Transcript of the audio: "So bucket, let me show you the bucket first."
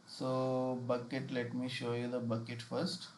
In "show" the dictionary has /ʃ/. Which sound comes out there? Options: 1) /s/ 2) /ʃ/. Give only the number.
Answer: 2